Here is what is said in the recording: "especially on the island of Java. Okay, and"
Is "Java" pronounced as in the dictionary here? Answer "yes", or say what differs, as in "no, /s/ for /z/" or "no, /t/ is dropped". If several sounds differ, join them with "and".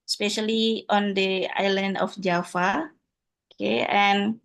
no, /f/ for /v/